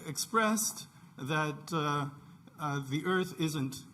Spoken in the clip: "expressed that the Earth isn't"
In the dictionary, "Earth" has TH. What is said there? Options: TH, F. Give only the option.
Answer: TH